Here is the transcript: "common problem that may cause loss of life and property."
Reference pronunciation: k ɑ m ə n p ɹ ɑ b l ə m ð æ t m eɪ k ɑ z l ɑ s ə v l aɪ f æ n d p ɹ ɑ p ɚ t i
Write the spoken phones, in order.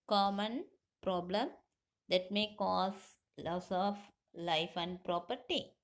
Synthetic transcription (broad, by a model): k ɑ m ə n p ɹ ɑ b l ə m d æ t m eɪ k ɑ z l ɑ s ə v l aɪ f æ n d p ɹ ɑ p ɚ t i